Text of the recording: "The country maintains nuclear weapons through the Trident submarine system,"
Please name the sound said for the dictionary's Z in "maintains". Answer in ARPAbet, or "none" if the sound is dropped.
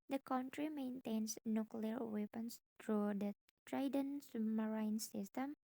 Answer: S